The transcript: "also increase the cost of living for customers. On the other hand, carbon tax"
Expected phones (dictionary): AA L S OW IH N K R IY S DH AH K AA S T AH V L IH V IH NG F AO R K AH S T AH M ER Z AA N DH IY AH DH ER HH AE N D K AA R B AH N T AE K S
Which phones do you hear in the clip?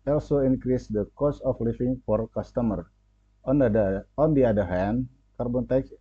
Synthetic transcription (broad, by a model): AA L S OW IH N K R IY S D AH K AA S AH F L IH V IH NG F AO R K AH S T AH M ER AA N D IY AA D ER HH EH N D K AA R B AH N T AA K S